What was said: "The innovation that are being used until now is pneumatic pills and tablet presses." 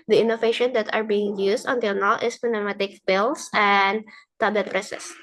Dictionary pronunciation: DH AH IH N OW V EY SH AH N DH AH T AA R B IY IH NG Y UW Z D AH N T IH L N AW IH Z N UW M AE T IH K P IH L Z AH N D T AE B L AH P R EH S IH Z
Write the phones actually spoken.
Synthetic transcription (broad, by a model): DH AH IH N OW V EY SH AH N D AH T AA R B IY IH NG Y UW S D AH N T IH L N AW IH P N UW M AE T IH K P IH L S AH N D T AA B AH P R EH S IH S